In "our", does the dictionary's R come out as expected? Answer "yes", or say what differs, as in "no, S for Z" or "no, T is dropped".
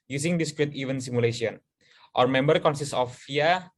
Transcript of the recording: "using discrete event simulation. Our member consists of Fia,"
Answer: yes